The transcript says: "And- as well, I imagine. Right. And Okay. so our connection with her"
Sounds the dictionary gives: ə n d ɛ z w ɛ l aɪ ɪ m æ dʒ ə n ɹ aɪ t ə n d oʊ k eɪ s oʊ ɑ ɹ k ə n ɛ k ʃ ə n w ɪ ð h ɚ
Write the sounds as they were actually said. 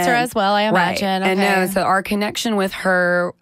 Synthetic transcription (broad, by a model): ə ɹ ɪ z w ɛ l aɪ ɪ m æ dʒ ə n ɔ ə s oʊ ʊ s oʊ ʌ ɹ k ə n ɛ k ʃ ə n w ɪ ð h ɚ